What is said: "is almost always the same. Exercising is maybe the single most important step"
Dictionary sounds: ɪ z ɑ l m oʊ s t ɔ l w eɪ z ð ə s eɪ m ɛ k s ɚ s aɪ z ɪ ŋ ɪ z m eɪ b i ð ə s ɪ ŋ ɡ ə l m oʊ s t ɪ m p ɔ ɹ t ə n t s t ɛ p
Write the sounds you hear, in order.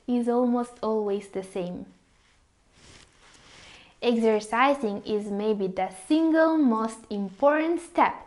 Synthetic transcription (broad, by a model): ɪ z ɑ l m oʊ s t ɔ l w eɪ z ð ə s eɪ m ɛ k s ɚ s aɪ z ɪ ŋ ɪ z m eɪ b i ð ə s ɪ ŋ ɡ ə l m oʊ s t ɪ m p ɔ ɹ t ə n t s t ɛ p